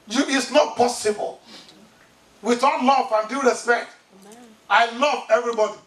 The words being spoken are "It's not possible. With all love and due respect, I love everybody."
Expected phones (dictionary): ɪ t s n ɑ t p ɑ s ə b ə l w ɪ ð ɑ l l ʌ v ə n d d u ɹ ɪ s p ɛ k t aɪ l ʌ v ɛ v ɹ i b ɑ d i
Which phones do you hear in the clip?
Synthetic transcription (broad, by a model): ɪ t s n ɑ t p ɑ s ə b ə l w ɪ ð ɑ n l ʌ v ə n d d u ɹ ɪ s p ɛ k t aɪ l ʌ v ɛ v ɹ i b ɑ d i